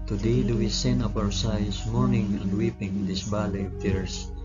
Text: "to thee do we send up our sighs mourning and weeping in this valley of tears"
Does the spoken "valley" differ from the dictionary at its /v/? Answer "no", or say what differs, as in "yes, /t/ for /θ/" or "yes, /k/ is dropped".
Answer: yes, /b/ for /v/